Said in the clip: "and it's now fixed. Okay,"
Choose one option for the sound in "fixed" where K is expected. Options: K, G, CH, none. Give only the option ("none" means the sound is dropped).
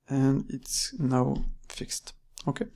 K